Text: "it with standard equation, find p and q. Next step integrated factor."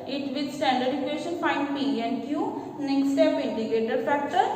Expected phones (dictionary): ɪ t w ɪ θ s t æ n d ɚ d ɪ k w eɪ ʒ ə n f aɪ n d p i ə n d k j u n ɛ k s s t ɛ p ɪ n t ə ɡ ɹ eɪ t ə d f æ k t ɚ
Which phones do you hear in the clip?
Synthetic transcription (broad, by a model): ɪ t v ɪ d s t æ n d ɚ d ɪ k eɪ ʃ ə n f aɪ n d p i ə n d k j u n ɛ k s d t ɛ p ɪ n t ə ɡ eɪ t ə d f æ k t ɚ